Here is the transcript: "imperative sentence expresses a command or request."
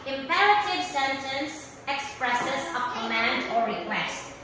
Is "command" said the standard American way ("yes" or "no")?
yes